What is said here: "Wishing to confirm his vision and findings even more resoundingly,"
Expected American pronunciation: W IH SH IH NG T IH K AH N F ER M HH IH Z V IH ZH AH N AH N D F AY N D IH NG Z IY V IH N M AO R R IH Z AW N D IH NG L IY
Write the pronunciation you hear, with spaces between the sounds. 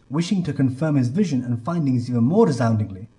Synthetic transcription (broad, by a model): W IH SH IH NG T IH K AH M F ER M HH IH Z V IH ZH AH N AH N F AY N D IH NG Z IY V IH N M AO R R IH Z AW N D IH NG L IY